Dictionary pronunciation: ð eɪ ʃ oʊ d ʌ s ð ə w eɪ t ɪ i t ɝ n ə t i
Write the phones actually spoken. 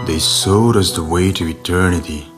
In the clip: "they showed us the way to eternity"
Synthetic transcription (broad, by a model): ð eɪ s oʊ d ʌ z ð ə w eɪ t ɪ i t ɝ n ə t i